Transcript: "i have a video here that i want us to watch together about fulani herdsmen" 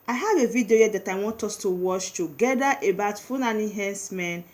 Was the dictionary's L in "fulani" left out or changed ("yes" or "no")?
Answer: yes